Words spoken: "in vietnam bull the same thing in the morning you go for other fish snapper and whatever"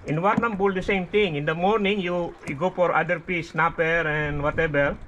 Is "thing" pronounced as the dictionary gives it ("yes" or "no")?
no